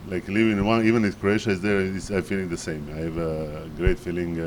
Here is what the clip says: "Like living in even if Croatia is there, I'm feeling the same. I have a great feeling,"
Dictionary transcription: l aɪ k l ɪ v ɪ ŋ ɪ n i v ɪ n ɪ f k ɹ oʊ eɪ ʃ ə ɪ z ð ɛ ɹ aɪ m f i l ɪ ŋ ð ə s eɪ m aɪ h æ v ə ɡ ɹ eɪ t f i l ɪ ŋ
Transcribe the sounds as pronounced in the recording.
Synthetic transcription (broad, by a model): l aɪ k l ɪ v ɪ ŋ ɪ n i v ɪ n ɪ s k ɹ oʊ eɪ ʃ ə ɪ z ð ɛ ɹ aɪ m f i l ɪ ŋ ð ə s eɪ m aɪ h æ v ə ɡ ɹ eɪ t f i l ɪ ŋ